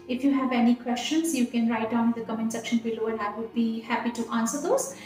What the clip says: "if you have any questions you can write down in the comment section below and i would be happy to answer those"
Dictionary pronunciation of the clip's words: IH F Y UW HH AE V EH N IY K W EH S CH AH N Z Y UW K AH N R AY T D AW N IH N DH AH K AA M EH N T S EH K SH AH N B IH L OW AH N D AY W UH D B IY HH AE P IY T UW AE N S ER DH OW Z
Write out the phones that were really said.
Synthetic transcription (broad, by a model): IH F Y UW HH AE V EH N IY K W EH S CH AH N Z Y UW K AH N R AY T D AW IH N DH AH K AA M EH N S EH K SH AH N B IH L OW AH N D AY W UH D B IY HH AE P IY T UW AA N S ER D OW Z